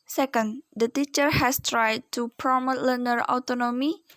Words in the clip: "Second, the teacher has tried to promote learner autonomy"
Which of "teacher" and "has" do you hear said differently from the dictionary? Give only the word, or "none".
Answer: has